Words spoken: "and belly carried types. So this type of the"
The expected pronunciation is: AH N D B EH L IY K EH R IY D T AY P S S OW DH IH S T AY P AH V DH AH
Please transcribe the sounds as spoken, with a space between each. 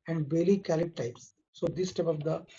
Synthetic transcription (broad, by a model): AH N D B EH L IY K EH L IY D T AY P S S OW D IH S T AY P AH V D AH